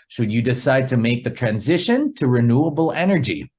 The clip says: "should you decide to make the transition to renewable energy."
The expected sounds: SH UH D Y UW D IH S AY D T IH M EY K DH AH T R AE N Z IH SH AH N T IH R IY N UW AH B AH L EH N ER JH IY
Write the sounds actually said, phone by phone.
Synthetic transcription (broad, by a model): SH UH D Y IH D IH S AY D T IH M EY K DH AH T R AE N Z IH SH AH N T IH R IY N UW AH B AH L EH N ER JH IY